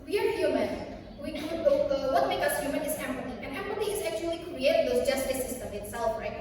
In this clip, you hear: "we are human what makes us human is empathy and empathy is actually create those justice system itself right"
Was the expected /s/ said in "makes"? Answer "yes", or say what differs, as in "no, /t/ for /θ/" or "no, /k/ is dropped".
no, /s/ is dropped